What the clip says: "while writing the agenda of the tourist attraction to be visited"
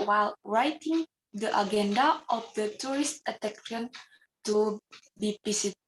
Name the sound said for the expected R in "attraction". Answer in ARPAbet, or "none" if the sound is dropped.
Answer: none